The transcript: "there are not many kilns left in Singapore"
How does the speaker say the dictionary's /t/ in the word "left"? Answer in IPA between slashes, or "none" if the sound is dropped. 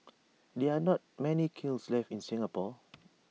none